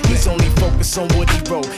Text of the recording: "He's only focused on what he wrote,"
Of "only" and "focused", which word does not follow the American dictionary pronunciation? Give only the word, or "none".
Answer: focused